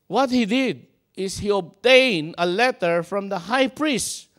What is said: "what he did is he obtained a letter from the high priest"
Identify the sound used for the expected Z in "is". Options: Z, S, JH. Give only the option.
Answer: S